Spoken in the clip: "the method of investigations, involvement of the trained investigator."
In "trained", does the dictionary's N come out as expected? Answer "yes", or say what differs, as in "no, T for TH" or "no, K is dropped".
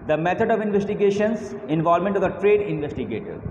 no, N is dropped